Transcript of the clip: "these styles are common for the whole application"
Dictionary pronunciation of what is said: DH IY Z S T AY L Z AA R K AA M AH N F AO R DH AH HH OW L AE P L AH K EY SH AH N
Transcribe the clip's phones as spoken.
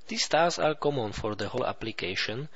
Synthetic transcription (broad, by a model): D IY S T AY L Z AA R K AA M AH N F AO R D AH HH OW L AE P L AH K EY SH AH N